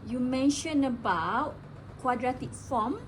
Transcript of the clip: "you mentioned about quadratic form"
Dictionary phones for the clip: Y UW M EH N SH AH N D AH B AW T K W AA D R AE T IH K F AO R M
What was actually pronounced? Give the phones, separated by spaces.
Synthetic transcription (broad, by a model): Y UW M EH N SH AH N AH B AW T K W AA D R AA T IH K F AO M